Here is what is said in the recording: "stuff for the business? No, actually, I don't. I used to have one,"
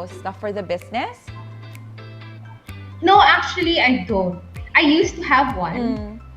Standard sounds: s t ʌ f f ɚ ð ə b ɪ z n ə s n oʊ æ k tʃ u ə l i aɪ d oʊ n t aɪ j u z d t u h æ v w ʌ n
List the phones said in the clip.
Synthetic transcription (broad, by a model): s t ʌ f f ɚ ð ə b ɪ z n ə s n oʊ æ k tʃ u ə l i aɪ d oʊ n t aɪ j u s t u h æ v w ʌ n